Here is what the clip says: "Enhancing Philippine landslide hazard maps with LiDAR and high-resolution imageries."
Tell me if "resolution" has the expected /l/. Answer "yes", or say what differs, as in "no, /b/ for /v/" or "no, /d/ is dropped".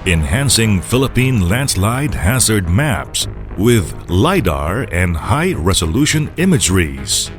yes